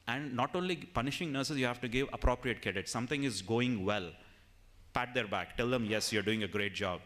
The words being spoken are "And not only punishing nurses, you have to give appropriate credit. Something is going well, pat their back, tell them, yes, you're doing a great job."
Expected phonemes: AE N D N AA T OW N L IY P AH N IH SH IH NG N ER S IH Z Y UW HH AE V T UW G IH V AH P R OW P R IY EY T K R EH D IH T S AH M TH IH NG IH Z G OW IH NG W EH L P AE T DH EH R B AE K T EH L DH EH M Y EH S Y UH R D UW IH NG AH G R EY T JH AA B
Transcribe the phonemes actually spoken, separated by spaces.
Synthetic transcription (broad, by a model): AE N D N AA T OW N L IY P AH N IH SH IH NG N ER S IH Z Y UW HH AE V T UW G IH V AH P R OW P R IY EY T K EH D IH T S AH M T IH NG IH Z G OW IH NG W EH L P AE T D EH R B AE K T EH L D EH M Y EH S Y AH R D UW IH NG AH G R EY T JH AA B